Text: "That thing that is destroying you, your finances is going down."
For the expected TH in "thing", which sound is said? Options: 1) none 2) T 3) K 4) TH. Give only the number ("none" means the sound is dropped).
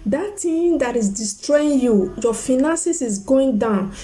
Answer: 2